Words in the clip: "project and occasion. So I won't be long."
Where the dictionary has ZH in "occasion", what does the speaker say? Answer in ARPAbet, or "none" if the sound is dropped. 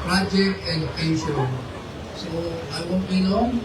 S